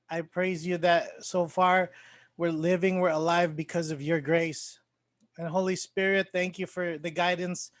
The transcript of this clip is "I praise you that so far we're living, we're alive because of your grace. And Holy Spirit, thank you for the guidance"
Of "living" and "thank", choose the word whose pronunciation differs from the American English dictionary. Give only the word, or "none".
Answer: none